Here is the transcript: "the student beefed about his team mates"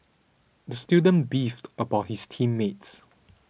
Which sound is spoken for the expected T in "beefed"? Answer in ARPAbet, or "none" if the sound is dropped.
T